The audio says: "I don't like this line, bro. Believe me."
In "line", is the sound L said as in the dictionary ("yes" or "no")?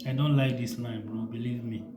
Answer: no